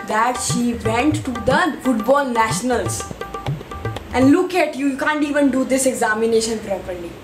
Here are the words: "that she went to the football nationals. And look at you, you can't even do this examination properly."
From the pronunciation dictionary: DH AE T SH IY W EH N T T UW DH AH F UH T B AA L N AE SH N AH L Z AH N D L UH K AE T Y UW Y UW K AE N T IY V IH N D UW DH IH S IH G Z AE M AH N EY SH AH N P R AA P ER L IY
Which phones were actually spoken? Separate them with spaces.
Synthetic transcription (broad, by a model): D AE T SH IY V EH N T T UW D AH F UH T B AA L N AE SH N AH L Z AH N D L UH K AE T Y UW Y UW K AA N T IY V IH N D UW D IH S IH G Z AE M AH N EY SH AH N P R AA P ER L IY